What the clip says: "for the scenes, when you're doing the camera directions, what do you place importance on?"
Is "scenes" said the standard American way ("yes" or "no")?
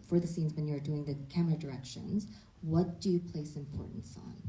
yes